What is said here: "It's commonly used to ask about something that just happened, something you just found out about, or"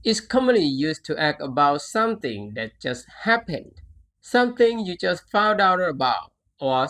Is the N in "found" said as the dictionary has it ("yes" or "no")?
yes